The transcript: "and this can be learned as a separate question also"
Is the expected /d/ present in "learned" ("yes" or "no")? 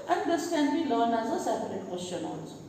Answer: no